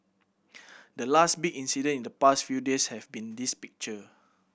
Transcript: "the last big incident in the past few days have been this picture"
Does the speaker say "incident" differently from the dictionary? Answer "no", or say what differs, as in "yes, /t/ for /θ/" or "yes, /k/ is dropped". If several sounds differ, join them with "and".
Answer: yes, /t/ is dropped